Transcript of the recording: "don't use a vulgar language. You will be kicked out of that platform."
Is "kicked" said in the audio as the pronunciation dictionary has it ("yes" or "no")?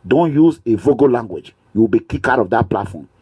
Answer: no